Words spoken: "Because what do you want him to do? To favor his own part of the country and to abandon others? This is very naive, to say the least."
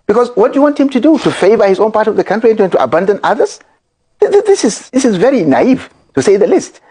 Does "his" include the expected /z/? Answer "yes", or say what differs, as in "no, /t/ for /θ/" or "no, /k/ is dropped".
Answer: yes